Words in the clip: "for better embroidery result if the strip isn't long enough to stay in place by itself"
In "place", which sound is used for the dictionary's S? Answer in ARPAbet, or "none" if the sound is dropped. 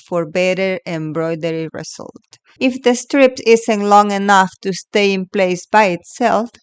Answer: S